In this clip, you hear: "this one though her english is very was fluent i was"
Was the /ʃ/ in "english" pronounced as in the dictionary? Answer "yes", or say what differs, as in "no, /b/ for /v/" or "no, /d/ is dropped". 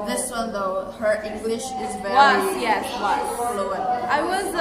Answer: yes